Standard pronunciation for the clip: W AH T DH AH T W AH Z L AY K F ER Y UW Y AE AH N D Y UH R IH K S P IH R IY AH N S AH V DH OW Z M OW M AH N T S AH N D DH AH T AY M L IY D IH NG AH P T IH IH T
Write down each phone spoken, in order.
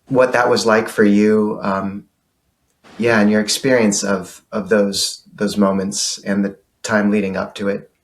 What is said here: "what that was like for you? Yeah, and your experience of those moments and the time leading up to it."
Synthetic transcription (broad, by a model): W AH T DH AH T W AH Z L AY K F ER Y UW Y AE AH N Y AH R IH K S P IH R IY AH N S AH V DH OW Z M OW M AH N T S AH N DH AH T AY M L IY D IH NG AH P T IH IH T